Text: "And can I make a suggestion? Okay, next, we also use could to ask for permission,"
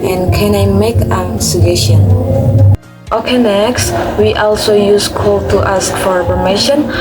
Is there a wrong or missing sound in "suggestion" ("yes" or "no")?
yes